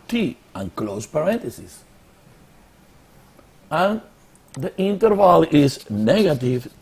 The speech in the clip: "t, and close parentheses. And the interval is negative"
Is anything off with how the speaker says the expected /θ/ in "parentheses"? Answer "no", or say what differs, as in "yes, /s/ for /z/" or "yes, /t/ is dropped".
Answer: yes, /t/ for /θ/